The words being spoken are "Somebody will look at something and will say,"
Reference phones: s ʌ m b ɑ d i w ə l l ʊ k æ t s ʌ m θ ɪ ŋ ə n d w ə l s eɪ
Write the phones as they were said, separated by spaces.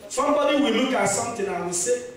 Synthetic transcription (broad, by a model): s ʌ m b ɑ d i w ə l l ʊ k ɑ t s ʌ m t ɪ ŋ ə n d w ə s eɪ